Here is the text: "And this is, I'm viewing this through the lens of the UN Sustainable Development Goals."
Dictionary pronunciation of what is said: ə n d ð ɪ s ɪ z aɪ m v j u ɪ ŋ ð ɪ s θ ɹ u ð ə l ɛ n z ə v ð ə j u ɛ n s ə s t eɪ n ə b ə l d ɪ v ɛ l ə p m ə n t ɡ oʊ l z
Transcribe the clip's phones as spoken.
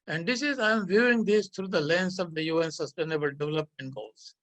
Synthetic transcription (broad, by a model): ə n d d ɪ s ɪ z aɪ m v j u ɪ ŋ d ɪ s t ɹ u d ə l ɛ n s ə v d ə j u ɛ n s ə s t eɪ n ə b ə l d ɪ v ɛ l ə p m ə n t ɡ oʊ l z